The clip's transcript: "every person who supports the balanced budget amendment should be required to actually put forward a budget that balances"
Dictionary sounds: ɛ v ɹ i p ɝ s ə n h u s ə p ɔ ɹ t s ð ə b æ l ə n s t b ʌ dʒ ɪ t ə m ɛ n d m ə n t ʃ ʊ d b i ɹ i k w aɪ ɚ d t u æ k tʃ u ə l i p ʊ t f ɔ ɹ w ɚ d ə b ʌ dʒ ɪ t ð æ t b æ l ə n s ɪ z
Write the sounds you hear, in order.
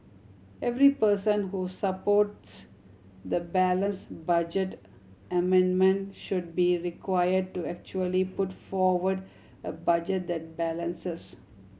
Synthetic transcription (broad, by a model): ɛ v ɹ i p ɝ s ə n h u s ə p ɔ ɹ t s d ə b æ l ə n s b ʌ dʒ ɪ t ə m ɛ n d m ə n t ʃ ʊ d b i ɹ i k w aɪ ɚ d t u æ k tʃ u ə l i p ʊ t f ɔ ɹ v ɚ d ə b ʌ dʒ ɪ t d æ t b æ l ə n s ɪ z